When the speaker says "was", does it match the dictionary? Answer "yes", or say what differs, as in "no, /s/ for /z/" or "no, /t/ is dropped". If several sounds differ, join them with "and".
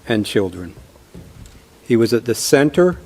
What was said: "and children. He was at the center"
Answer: yes